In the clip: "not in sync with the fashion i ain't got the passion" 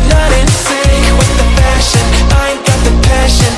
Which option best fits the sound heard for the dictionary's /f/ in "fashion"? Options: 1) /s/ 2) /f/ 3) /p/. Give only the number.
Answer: 3